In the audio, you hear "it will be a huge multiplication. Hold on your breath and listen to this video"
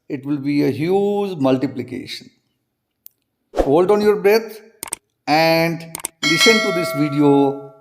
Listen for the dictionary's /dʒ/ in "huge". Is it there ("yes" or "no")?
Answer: yes